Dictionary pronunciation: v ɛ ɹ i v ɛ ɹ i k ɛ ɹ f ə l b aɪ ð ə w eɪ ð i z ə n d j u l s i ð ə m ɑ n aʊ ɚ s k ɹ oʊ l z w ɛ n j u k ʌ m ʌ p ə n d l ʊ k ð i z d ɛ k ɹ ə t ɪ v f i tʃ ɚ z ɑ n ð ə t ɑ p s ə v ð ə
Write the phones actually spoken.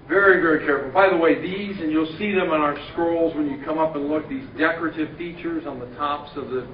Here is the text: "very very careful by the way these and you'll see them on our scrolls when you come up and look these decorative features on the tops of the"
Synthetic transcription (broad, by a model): v ɛ ɹ i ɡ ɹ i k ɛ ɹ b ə b aɪ ð ə w eɪ ð i z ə n j u l s i ð ə m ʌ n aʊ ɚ s k ɹ oʊ l z w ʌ n j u k ʌ m ʌ p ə n l ʊ k ð i z d ɛ k ɹ ə t ɪ v f i tʃ ɚ z n ð ə t ɑ p s ə v ð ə